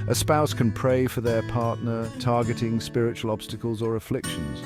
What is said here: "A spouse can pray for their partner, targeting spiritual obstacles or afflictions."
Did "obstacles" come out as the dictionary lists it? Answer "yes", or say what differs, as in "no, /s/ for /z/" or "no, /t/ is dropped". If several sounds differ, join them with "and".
yes